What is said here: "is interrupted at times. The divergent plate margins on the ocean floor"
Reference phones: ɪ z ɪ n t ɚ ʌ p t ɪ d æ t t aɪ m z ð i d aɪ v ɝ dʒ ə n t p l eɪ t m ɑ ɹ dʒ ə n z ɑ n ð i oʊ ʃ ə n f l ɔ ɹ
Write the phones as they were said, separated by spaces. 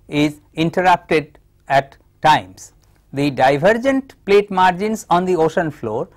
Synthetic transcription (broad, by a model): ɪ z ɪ n t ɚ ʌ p t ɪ d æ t t aɪ m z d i d aɪ v ɝ dʒ ə n t p l eɪ t m ɑ ɹ dʒ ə n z ɑ n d i oʊ ʃ ə n f l ɔ ɹ